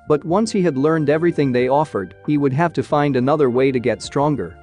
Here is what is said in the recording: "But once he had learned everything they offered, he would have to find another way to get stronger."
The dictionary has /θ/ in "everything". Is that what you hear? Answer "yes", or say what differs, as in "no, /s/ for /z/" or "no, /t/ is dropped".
yes